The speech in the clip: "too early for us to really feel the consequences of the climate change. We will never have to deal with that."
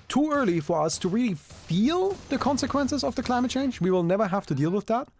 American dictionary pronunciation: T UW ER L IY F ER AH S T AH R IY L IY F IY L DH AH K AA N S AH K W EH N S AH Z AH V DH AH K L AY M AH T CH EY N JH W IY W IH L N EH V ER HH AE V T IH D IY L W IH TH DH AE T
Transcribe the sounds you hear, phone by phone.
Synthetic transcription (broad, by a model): T UW ER L IY F ER AH S T AH R IY L IY F IY L DH AH K AA N S AH K W EH N S AH Z AH V DH AH K L AY M AH T CH EY N JH W IY W IH L N EH V ER HH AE F T IH D IY L W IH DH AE T